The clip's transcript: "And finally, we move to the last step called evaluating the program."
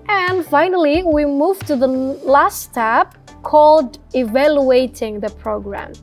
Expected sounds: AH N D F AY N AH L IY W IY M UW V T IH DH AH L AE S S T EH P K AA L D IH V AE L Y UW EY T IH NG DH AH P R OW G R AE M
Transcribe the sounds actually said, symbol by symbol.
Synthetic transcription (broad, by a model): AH N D F AY N AH L IY W IY M UW V T IH DH AH L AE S S T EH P K AA L D IH V AE L Y UW EY T IH NG DH AH P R OW G R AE M